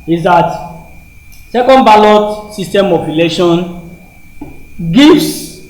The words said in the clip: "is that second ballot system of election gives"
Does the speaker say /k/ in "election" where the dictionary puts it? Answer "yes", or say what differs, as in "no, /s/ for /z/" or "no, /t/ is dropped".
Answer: no, /k/ is dropped